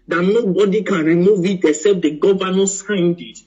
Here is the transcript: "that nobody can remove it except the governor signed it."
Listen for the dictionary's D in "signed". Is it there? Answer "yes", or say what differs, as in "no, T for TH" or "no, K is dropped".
yes